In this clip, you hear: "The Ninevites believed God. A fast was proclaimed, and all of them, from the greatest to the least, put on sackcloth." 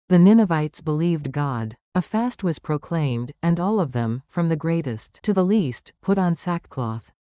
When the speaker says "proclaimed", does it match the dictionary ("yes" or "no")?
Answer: yes